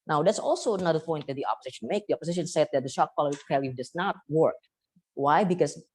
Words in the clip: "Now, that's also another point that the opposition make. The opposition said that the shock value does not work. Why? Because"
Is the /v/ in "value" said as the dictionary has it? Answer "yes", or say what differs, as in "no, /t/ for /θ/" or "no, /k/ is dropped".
no, /p/ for /v/